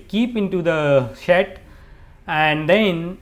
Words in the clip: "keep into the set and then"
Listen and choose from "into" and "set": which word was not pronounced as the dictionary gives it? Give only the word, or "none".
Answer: set